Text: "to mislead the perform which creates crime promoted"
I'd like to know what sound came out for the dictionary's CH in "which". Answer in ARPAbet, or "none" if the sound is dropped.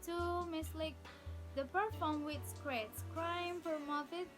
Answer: S